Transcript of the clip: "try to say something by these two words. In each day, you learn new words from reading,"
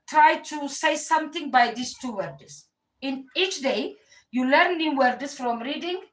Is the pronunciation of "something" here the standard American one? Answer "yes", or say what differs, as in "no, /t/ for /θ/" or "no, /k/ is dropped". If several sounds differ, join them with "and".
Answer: no, /t/ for /θ/